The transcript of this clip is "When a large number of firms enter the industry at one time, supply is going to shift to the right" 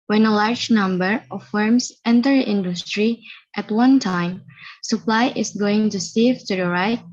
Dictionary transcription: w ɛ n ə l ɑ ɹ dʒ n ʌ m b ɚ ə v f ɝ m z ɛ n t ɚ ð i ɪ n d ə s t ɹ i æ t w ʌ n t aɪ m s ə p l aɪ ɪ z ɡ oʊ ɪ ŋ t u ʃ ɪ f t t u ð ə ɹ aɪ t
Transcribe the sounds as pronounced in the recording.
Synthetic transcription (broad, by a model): w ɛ n ə l ɑ ɹ dʒ n ʌ m b ɚ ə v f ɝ m s ɛ n t ɚ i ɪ n d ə s t ɹ i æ t w ʌ n t aɪ m s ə p l aɪ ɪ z ɡ oʊ ɪ ŋ t u s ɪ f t t u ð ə ɹ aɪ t